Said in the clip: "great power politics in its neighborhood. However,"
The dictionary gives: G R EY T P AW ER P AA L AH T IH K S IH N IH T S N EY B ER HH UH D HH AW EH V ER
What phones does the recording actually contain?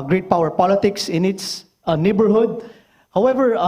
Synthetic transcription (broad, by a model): G R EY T P AW ER P AA L AH T IH K S IH N IH T S N EY B ER HH UH D HH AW EH V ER